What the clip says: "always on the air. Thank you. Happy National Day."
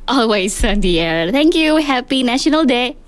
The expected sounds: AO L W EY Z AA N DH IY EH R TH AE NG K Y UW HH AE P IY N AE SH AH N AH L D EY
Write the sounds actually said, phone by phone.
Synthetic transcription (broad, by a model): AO L W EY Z AA N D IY EH R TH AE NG K Y UW HH AE P IY N AE SH AH N AH L D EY